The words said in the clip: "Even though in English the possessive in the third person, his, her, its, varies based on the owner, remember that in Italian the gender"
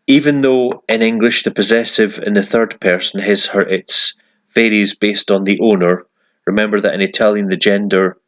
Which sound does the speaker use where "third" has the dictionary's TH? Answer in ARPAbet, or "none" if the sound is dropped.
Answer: TH